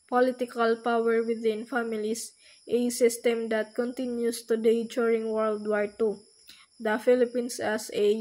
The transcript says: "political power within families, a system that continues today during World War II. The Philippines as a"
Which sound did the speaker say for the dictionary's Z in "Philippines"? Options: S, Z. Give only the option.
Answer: S